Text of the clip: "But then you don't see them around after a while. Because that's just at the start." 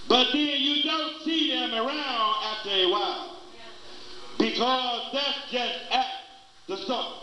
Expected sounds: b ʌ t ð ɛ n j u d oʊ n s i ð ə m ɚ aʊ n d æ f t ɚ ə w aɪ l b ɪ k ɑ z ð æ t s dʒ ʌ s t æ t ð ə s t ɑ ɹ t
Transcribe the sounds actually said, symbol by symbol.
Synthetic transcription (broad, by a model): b ʌ t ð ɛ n j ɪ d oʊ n s i ð ə m ɚ aʊ n d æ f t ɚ ə w aɪ l b ɪ k ɑ z ð æ t s dʒ ʌ s t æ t ð ə s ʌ